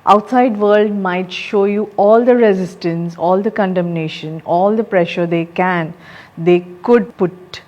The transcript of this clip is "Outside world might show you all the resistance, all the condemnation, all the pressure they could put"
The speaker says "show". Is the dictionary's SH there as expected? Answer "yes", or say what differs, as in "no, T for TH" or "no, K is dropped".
yes